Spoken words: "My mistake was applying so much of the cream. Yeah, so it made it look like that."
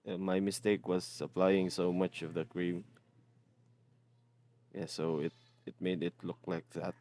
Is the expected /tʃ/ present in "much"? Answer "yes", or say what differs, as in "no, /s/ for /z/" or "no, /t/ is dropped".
yes